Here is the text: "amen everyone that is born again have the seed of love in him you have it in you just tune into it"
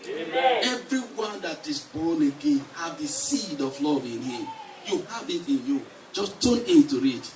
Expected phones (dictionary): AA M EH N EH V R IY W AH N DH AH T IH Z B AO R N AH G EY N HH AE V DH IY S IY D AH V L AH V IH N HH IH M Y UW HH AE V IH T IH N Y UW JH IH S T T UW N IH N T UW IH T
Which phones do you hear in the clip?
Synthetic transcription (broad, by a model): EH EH V R IY W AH N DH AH T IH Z B AO N AH G EY N HH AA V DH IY S IY D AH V L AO V IH N HH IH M Y UW HH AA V IH T IH N Y UW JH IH S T T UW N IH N T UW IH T